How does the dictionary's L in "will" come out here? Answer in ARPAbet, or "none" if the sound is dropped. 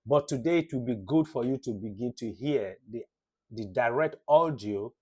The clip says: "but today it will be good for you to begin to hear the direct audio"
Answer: L